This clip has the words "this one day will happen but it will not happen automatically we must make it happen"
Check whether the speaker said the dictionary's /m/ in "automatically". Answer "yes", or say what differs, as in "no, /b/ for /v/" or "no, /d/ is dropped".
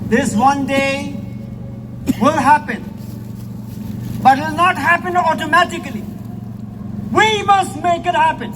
yes